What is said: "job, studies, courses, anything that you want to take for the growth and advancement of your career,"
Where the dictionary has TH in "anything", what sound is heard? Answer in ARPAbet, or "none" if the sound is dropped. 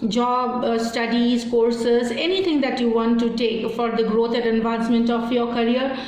T